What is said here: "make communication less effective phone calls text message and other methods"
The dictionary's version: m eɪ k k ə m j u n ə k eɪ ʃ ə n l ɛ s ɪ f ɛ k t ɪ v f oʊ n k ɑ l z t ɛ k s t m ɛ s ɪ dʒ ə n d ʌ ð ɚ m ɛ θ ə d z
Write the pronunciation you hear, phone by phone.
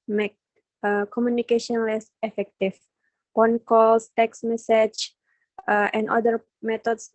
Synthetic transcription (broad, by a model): m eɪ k k ə m j u n ə k eɪ ʃ ə n l ɛ s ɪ f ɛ k t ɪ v p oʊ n k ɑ l s t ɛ k s m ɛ s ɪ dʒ ə n d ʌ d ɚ m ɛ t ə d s